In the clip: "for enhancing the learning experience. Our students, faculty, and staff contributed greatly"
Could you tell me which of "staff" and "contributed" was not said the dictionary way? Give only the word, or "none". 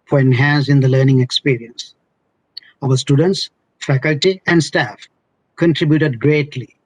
none